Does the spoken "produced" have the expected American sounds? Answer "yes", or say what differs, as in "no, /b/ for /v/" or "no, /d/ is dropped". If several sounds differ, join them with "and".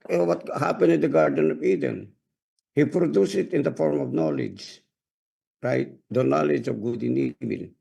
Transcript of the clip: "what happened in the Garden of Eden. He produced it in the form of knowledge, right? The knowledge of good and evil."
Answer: no, /t/ is dropped